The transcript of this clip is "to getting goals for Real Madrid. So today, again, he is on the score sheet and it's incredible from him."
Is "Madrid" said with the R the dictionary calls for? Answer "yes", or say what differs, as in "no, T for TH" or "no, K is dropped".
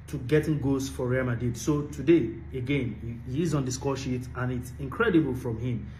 no, R is dropped